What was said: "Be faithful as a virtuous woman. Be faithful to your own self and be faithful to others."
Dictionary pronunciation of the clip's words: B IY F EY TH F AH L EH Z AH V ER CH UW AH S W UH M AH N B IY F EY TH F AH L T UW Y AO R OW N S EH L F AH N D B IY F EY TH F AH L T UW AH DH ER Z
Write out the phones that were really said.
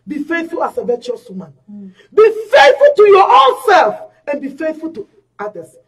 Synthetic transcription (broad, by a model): B IY F EY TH F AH L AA S AH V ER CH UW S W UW M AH N B IY F EY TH F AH L T UW Y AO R OW N S EH L F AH N B IY F EY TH F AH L T UW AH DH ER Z